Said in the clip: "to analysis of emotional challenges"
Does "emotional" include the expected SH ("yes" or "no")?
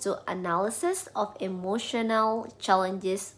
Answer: yes